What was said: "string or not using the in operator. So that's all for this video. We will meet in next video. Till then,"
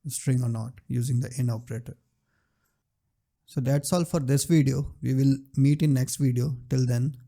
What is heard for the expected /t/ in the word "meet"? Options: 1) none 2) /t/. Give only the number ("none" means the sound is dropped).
2